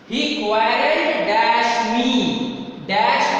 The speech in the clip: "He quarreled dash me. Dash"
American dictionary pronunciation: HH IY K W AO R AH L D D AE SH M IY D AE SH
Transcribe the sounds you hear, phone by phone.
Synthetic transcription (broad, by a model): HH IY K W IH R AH D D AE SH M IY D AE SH